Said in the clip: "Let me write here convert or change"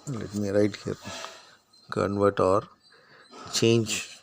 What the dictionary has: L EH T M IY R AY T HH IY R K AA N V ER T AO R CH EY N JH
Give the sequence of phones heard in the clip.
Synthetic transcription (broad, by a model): L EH T M IY R AY T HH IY R K AA N V ER T AO R CH EY N JH